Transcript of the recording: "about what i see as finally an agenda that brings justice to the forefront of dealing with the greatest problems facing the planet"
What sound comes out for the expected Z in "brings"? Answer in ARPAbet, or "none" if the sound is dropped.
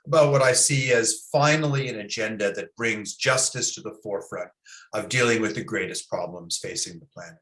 Z